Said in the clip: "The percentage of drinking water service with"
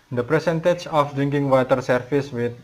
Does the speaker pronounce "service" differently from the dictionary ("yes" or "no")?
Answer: yes